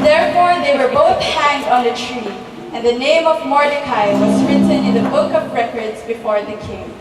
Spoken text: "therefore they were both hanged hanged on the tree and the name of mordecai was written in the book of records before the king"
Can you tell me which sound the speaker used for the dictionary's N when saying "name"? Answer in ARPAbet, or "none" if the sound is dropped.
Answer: N